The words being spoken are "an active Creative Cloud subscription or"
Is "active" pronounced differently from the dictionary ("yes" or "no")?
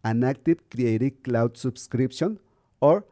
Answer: yes